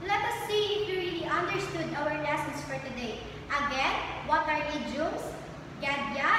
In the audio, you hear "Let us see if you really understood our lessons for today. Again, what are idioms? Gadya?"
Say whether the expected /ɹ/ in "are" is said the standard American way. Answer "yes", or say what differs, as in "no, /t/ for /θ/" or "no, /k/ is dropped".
yes